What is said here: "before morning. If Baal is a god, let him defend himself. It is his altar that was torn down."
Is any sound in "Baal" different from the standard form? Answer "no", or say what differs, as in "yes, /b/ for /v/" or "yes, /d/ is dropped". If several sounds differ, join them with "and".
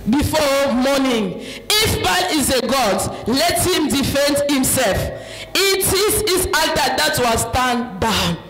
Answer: yes, /n/ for /l/